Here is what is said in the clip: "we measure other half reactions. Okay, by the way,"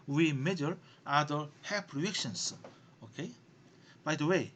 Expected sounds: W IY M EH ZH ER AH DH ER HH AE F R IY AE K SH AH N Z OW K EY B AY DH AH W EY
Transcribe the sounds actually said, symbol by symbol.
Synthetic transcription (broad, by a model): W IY M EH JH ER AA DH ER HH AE P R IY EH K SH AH N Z OW K EY B AY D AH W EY